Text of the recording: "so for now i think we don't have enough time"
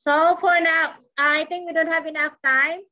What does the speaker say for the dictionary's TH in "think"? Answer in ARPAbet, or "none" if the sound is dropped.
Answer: T